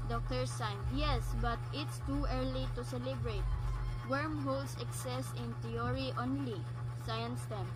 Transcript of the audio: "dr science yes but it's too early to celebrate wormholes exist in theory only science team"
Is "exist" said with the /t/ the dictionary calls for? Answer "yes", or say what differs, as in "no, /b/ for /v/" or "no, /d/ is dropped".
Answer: no, /t/ is dropped